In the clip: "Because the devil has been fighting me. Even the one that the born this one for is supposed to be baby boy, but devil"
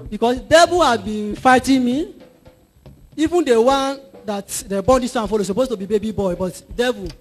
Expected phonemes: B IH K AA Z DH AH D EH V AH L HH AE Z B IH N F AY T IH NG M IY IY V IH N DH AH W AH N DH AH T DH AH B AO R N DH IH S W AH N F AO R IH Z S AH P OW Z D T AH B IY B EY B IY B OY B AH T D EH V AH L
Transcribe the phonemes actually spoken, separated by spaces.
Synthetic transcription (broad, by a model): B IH K AA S D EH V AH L HH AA B IH N F AY T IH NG M IY IY V IH N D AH W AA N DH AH T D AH B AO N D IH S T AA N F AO L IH S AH P OW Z T AH B IY B EY B IY B OY B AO T D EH V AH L